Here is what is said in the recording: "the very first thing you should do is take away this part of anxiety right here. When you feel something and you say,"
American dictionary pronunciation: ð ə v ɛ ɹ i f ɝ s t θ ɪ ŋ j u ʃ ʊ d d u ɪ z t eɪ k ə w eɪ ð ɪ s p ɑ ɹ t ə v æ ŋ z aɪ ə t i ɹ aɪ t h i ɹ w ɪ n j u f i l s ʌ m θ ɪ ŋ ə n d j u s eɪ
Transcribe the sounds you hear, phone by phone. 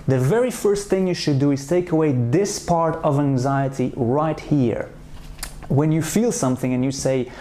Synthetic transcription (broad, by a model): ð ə v ɛ ɹ i f ɝ s t θ ɪ ŋ j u ʃ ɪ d d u ɪ z t eɪ k ə w eɪ ð ɪ s p ɑ ɹ t ə v æ ŋ z aɪ ə t i ɹ aɪ t h i ɹ w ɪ n j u f i l s ʌ m θ ɪ ŋ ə n j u s eɪ